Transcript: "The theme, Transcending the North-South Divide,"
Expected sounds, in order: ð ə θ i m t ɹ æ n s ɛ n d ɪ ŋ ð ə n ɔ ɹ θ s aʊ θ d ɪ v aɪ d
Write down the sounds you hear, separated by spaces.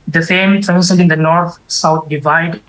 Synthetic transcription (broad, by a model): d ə f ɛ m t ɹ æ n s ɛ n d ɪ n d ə n ɔ ɹ t s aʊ t d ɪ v aɪ d